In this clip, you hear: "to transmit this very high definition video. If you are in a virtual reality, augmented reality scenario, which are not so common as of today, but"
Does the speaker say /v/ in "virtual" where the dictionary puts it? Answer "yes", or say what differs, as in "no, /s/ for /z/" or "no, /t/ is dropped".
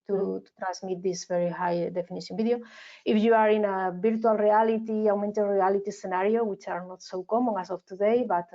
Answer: no, /b/ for /v/